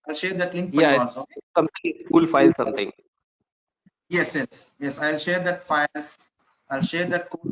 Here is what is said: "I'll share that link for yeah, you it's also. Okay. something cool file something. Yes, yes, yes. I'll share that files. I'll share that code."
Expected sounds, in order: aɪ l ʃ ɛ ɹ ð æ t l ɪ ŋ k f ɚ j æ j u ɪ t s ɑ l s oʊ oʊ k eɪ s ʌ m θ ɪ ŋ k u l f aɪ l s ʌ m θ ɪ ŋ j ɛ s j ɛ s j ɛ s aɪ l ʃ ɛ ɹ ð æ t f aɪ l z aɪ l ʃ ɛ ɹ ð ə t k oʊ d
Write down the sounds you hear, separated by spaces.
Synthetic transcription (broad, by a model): aɪ l ʃ ɛ ɹ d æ t l ɪ ŋ k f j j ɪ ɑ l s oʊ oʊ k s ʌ m t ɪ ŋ k u l f aɪ l s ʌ m t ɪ ŋ j ɛ s j ɛ s j ɛ s aɪ l ʃ ɛ ɹ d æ t f aɪ l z aɪ l ʃ ɛ ɹ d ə t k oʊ